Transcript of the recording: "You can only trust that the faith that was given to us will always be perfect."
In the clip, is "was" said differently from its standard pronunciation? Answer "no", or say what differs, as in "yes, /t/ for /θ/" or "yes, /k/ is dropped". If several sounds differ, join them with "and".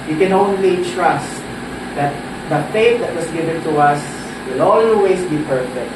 yes, /s/ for /z/